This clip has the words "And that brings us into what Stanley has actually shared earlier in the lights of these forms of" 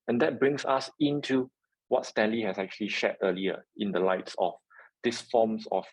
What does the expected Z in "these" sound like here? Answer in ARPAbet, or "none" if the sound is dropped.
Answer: S